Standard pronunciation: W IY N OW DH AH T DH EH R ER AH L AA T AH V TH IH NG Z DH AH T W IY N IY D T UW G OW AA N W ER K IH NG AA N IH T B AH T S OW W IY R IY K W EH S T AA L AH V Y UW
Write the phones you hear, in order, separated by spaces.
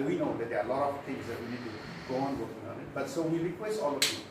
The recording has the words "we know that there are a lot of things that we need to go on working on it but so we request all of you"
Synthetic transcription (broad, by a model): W IY N OW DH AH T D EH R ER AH L AA T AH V T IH NG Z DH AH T W IY N IY D T UW G OW AA N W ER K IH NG AA N IH T B AH T S OW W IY R IY K W EH S T AA L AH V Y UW